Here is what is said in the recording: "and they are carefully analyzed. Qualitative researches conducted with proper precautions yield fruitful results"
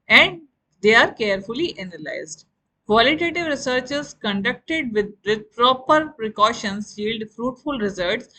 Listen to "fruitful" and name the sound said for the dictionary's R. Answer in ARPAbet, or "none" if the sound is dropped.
R